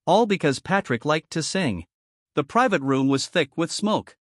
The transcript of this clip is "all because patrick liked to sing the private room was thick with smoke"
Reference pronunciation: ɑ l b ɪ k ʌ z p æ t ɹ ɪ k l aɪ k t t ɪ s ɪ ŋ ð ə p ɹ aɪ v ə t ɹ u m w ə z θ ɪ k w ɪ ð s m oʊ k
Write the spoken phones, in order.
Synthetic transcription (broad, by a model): ɑ l b ɪ k ʌ z p æ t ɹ ɪ k l aɪ k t t ɪ s ɪ ŋ ð ə p ɹ aɪ v ə t ɹ u m w ə z θ ɪ k w ɪ ð s m oʊ k